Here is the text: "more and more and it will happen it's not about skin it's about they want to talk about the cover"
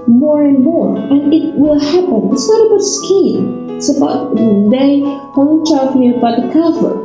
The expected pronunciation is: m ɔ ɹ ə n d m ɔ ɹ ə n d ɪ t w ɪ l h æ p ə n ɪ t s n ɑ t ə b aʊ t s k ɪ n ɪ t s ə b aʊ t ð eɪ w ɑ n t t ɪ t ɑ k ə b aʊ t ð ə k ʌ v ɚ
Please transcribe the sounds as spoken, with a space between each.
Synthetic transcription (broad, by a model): m ɔ ɹ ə n m ɔ ɹ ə n ɪ t w ɪ l h æ p ə n ɪ t s n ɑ t ə b aʊ t s k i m ɪ t s ə b aʊ t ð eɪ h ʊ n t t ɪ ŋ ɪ ə b aʊ t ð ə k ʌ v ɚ